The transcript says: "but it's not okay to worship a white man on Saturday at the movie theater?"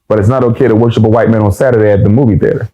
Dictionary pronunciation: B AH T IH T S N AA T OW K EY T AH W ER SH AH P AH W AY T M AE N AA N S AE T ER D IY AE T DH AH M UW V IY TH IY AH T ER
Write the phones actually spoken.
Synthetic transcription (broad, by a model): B AH T IH T S N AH T OW K EY T AH W ER SH AH P AH W AY T M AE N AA N S AE T ER D IY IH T DH AH M UW V IY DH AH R